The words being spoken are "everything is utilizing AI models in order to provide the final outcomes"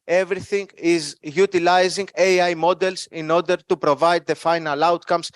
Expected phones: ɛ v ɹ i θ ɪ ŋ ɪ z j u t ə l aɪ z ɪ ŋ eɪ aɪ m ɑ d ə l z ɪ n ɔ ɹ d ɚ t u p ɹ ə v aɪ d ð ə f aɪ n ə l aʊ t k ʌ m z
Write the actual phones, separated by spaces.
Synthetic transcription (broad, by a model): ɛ v ɹ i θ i ŋ ɪ z j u t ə l aɪ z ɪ ŋ eɪ aɪ m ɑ d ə l s ɪ n ɔ ɹ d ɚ t u p ɹ ə v aɪ d ð ə f aɪ n ə l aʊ t k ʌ m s